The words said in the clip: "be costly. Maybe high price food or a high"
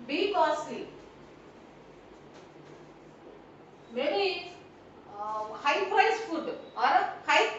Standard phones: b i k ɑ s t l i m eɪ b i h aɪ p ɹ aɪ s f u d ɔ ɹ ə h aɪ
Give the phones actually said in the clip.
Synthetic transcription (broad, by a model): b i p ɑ t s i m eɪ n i h aɪ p ɹ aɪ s f u d ɔ ɹ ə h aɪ